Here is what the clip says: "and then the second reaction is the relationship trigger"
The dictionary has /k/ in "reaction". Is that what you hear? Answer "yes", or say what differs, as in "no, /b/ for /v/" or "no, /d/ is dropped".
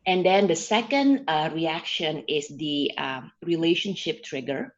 yes